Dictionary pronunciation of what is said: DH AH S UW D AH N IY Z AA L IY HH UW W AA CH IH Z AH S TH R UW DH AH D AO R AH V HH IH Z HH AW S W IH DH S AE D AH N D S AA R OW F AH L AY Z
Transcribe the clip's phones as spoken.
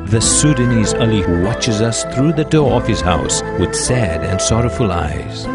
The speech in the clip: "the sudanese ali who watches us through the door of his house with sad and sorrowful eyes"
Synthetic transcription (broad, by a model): DH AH S UW D AH N IY Z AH L IY HH UW W AA CH IH Z AH S TH R UW DH AH D AO R AH V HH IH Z HH AW S W IH DH S AE D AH N S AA R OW F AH L AY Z